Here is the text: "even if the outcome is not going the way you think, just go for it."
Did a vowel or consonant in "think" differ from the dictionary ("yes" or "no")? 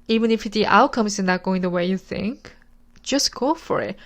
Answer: no